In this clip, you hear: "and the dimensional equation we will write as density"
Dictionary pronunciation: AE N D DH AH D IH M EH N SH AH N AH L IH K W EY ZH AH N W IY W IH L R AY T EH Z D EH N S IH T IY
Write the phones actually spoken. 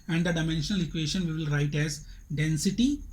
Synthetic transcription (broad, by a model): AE N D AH D IH M EH N SH AH N AH L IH K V EY SH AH N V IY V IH L R AY T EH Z D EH N S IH T IY